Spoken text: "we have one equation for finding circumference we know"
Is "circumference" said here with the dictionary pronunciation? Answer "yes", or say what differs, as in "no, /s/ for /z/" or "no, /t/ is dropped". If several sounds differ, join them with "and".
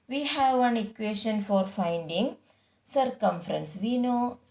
yes